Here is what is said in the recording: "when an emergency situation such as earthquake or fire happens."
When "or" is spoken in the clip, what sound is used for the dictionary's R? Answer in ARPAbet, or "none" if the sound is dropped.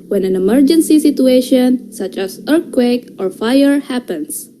R